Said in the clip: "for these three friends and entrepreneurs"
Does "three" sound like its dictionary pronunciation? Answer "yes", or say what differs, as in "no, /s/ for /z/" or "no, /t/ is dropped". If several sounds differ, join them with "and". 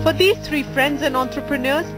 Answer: no, /t/ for /θ/